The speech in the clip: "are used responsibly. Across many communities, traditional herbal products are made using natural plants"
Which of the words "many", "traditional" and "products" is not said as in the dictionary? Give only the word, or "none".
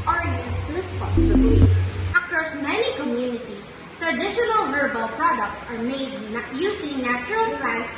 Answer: none